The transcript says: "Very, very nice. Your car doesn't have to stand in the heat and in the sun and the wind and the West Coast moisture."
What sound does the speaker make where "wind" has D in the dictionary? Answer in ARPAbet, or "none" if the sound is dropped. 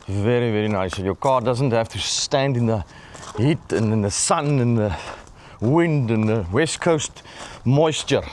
D